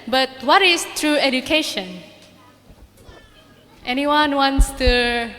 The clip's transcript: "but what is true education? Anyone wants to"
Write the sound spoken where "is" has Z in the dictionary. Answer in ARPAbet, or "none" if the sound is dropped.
S